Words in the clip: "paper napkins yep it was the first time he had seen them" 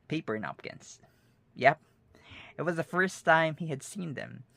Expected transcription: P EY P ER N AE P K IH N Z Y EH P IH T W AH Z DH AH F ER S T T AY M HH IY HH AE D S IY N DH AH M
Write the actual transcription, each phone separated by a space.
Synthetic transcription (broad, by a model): P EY P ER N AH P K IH N S Y EH P IH T W AH Z DH AH F ER S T T AY M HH IY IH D S IY N DH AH M